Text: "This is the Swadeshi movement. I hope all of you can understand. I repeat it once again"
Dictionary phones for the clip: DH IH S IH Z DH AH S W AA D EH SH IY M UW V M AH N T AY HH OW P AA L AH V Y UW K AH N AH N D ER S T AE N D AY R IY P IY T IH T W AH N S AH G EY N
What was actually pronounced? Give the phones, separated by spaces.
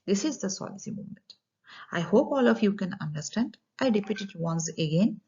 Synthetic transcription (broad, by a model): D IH S IH Z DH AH S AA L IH S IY M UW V M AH N T AY HH OW P AA L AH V Y UW K AH N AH N D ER S T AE N D AY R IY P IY T IH T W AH N S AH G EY N